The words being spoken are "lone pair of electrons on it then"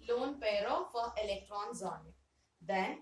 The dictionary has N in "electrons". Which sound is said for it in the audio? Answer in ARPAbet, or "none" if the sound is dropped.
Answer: N